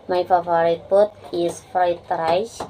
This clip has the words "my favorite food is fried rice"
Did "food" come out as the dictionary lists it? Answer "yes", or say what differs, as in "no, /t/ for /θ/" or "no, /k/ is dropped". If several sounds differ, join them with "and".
no, /p/ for /f/